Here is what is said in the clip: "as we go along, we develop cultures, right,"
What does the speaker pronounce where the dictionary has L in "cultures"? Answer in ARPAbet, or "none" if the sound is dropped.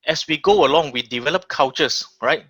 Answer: W